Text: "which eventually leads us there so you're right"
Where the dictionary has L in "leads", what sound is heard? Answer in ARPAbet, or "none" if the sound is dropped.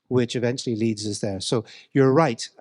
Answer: L